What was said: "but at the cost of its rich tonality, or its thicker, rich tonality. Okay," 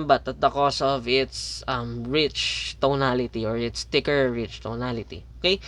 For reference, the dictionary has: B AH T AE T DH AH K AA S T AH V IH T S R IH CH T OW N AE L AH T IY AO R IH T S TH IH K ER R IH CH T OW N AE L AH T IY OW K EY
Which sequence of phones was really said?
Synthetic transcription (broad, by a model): B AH T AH T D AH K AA S AH V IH T S R IH CH T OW N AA L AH T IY AO R IH T S T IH K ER R IH CH T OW N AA L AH T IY OW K EY